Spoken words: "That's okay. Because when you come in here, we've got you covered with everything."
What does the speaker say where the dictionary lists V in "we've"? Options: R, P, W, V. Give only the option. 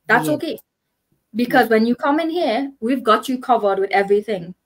V